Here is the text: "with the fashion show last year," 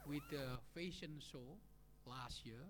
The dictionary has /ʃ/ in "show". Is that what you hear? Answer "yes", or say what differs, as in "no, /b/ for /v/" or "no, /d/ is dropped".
no, /s/ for /ʃ/